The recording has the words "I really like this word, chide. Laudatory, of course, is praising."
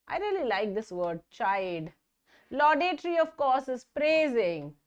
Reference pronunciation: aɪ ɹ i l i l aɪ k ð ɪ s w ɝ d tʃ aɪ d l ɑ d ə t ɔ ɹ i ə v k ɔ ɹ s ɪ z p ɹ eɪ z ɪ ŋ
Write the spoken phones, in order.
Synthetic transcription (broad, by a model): aɪ ɹ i l i l aɪ k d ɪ s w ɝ d tʃ aɪ d l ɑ d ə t ɹ i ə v k ɔ ɹ s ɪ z p ɹ eɪ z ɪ ŋ